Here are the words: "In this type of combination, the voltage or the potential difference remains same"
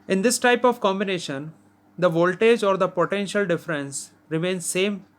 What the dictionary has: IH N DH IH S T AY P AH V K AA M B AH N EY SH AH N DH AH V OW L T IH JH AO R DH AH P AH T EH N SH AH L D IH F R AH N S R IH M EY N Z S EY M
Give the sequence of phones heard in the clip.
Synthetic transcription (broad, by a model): IH N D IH S T AY P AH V K AA M B AH N EY SH AH N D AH V OW L T IH JH AO R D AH P AH T EH N SH AH L D IH F R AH N S R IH M EY N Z S EY M